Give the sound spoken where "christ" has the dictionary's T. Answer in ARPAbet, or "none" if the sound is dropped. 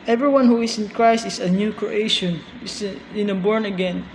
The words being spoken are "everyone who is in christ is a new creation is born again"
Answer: T